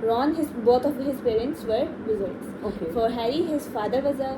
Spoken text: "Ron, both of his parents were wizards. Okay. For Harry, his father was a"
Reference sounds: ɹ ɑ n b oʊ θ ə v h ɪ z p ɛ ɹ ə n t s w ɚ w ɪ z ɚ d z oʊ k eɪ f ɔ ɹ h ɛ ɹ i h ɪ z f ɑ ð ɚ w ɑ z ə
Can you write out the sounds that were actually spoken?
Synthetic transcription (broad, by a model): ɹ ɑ n b oʊ t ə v h ɪ z p ɛ ɹ ə n t s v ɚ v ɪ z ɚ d oʊ k eɪ f ɔ ɹ h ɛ ɹ i h ɪ z f ɑ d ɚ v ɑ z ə